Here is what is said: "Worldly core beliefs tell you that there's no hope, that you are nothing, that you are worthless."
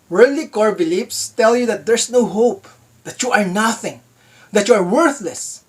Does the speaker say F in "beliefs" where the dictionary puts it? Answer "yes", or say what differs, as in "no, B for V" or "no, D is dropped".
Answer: no, P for F